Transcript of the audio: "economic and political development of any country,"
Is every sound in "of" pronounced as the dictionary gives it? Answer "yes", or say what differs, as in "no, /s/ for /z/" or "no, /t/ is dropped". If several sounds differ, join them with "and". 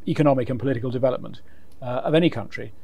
yes